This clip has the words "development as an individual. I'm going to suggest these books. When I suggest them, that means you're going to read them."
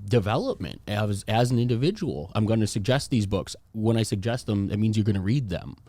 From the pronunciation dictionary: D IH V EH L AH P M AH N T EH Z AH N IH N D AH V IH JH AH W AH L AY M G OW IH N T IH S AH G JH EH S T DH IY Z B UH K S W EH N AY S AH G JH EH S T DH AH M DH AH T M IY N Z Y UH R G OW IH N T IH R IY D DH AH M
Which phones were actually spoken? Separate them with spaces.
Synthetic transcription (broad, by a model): D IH V EH L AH P M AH N T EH Z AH N IH N D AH V IH JH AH W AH L AY M G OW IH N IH S AH G JH EH S T DH IY Z B UH K S W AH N AY S AH G JH EH S T DH AH M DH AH T M IY N Z Y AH R G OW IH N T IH R IY D DH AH M